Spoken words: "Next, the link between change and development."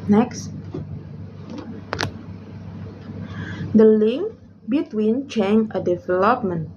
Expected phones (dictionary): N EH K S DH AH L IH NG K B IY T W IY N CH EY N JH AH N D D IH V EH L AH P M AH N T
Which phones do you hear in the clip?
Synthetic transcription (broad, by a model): N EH K S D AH L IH NG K B IY T W IY N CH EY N AH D D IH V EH L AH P M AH N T